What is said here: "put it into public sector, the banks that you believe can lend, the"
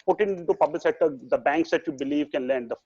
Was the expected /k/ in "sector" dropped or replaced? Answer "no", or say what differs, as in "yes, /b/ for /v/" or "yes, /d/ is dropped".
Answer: yes, /k/ is dropped